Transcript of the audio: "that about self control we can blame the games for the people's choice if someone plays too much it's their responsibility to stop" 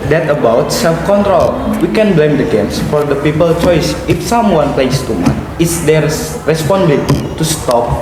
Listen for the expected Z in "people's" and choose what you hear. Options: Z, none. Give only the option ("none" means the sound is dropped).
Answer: none